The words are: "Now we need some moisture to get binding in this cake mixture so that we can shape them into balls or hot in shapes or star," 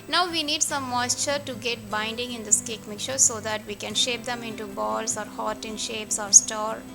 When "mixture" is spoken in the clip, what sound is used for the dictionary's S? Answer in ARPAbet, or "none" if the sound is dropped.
none